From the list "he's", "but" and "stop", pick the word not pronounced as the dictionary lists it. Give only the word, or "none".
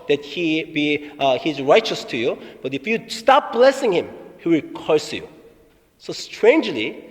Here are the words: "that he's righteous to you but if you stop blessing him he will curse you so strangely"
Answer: none